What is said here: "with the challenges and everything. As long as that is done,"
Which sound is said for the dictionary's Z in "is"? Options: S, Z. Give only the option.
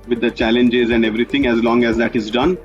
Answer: Z